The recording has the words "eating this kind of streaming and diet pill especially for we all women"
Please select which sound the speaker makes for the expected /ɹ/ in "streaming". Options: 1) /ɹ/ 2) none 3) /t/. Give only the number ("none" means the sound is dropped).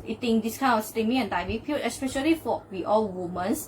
2